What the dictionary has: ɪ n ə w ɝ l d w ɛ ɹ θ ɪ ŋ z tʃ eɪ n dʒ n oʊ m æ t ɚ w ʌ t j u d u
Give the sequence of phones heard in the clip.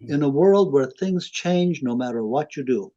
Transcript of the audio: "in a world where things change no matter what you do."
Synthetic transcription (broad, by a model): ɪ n ə w ɝ l d w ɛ ɹ θ ɪ ŋ z tʃ eɪ n dʒ n oʊ m æ t ɚ w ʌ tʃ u d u